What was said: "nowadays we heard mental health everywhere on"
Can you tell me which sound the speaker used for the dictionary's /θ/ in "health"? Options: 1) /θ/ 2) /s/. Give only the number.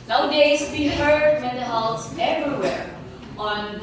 2